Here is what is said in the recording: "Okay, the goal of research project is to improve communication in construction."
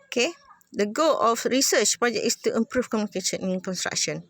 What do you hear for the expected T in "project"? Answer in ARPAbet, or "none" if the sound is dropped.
none